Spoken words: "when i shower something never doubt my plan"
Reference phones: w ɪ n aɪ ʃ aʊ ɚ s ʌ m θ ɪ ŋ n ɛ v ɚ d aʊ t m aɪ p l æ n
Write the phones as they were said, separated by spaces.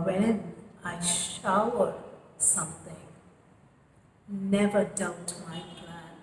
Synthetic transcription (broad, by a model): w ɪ n aɪ ʃ aʊ ɚ s ʌ m θ ɪ ŋ n ɛ v ɚ d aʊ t m aɪ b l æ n